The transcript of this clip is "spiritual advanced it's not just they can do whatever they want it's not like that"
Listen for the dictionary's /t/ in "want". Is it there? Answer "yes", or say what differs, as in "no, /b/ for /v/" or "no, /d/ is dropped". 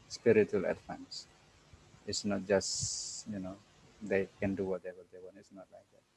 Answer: no, /t/ is dropped